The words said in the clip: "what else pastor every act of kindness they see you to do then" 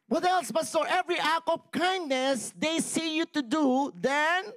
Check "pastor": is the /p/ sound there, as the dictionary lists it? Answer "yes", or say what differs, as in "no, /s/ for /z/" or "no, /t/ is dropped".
no, /b/ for /p/